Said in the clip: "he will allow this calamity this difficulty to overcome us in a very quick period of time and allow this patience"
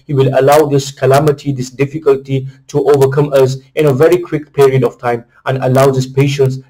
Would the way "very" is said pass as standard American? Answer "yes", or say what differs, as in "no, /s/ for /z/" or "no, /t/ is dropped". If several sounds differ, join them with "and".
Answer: yes